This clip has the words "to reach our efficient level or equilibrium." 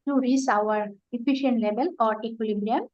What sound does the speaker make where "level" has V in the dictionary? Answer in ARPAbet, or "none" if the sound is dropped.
B